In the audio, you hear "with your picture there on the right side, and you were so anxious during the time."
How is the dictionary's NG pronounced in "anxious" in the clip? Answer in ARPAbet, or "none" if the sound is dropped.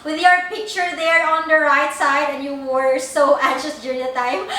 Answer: none